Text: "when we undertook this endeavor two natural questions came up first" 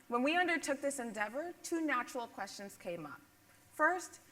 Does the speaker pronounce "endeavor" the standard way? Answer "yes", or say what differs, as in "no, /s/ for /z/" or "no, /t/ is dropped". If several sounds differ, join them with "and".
yes